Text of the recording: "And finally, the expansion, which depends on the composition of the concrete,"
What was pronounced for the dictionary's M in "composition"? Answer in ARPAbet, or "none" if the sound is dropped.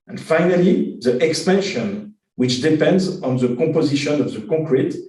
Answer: none